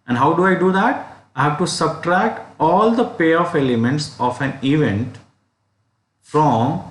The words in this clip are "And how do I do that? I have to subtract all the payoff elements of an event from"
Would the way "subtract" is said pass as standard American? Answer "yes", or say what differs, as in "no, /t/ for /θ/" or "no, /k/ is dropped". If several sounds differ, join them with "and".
yes